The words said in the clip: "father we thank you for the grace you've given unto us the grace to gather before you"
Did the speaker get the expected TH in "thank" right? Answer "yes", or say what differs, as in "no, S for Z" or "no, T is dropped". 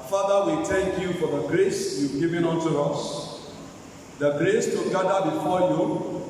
no, T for TH